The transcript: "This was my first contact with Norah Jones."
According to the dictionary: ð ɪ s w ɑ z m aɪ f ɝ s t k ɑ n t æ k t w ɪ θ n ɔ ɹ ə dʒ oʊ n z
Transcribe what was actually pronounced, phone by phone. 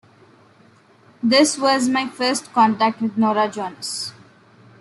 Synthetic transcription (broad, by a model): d ɪ s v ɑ z m aɪ f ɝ s t k ɑ n t æ k t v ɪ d n ɔ ɹ ə dʒ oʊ n s